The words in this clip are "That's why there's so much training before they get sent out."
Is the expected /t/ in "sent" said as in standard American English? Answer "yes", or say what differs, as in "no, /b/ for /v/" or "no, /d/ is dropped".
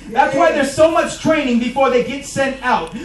yes